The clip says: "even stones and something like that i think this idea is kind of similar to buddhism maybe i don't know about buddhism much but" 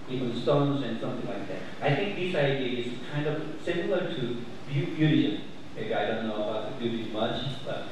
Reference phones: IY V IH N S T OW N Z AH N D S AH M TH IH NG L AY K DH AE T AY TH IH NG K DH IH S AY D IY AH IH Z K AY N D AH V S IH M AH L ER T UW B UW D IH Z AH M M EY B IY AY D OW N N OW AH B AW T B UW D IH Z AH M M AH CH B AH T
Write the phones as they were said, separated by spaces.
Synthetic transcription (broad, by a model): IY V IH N S T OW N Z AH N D S AH M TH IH NG L AY K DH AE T AY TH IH NG K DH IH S AY D IY AH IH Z K AY N D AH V S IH M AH L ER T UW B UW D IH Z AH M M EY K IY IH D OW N N OW AH B AW T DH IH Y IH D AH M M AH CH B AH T